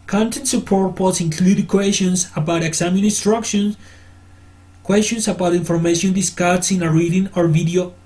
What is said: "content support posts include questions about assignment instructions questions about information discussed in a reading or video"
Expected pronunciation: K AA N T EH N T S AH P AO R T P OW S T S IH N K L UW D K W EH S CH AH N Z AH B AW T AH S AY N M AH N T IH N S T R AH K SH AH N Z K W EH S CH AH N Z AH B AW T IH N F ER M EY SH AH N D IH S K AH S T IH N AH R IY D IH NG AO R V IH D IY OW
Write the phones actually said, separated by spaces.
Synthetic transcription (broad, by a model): K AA N T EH N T S AH P AO R T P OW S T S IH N K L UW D K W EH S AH N S AH B AW T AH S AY M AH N IH N S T R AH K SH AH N K W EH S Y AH N S AH B AW T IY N F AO M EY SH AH N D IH S K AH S IH N AH R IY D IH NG AO R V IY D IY OW